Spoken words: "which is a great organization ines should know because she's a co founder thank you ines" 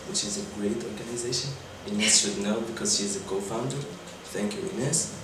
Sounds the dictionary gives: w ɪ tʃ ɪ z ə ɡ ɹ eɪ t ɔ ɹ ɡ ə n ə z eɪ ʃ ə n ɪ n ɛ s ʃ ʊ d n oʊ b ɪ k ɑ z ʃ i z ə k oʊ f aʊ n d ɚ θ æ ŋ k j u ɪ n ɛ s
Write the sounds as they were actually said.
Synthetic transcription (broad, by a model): w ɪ tʃ ɪ z ə ɡ ɹ eɪ t ɔ ɹ ɡ ə n ə z eɪ ʃ ə n ɪ n ɛ s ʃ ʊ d n oʊ b ɪ k ɑ z ʃ i z ə k oʊ f aʊ n d ɚ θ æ ŋ k j u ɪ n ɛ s